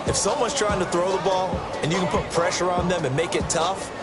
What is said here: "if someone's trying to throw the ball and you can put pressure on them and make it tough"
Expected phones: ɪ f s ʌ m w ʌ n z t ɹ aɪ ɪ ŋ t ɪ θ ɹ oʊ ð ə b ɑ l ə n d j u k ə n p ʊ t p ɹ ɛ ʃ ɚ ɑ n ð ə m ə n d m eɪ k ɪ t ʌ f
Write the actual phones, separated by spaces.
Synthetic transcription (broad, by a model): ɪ f s ʌ m w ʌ n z t ɹ aɪ ɪ ŋ t ɪ θ ɹ oʊ ð ə b ɑ l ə n j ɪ k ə n p ʊ t p ɹ ɛ ʃ ɚ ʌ n ð ə m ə n m eɪ k ɪ t ʌ f